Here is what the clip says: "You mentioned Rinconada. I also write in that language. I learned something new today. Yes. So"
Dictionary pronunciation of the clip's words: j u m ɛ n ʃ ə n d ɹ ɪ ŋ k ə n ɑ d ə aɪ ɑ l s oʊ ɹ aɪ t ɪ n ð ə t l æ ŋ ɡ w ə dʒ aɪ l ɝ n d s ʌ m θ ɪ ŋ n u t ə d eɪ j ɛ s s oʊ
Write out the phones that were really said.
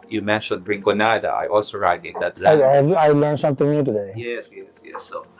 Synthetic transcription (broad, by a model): j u m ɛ n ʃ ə n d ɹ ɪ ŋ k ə n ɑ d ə aɪ ɑ l s oʊ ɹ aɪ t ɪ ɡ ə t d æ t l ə aɪ l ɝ n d s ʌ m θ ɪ ŋ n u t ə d eɪ j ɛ s s oʊ